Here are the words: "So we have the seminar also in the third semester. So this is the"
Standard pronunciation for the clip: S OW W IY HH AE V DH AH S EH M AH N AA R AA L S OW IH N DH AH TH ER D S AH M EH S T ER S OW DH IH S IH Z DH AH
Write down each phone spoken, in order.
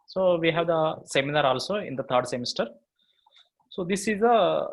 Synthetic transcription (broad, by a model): S OW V IY HH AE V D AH S EH M AH N AA R AA L S OW IH N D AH T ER D S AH M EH S T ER S OW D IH S IH Z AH